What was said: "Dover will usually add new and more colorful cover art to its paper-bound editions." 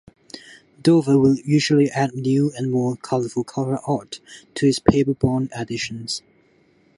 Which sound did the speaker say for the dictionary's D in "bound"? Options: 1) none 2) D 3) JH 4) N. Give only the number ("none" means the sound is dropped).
1